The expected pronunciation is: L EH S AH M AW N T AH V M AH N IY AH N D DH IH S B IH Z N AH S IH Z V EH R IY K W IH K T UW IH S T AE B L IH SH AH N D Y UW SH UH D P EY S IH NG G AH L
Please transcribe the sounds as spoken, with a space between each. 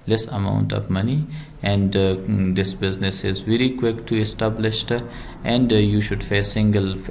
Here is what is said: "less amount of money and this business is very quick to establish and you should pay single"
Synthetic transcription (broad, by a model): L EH S AH M AW N T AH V M AH N IY AH N D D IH S B IH Z N AH S IH Z V EH R IY K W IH K T UW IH S T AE B L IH SH AH N D Y UW SH UH D F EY S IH NG G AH L